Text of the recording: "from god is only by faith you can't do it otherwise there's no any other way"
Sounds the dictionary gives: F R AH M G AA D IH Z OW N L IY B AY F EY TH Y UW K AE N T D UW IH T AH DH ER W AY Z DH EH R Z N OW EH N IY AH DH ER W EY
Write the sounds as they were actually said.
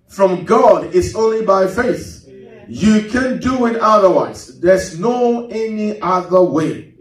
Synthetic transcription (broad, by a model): F R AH M G AA D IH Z OW N L IY B AY F EY TH Y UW K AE N D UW IH T AH DH ER W AY Z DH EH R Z N OW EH N IY AH DH ER W EY